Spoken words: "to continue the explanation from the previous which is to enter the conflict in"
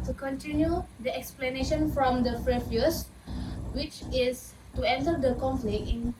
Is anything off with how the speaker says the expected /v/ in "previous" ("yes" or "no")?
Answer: yes